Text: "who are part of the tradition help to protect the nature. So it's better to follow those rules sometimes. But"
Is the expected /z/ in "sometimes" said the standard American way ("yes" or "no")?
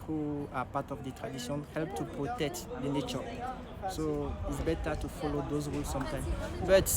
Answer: no